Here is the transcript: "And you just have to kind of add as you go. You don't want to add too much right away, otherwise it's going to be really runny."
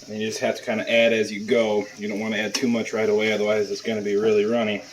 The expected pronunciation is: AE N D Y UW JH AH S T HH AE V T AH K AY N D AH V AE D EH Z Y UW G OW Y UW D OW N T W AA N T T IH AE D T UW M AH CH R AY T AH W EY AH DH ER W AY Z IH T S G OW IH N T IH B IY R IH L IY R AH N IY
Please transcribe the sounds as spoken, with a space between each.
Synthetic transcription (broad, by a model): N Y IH JH AH S T HH AE F T AH K AY N D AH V AE D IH Z Y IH G OW Y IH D OW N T W AA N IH AE D T UW M AH CH R AY T AH W EY AH DH ER W AY Z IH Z S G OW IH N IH B IY R IH L IY R AH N IY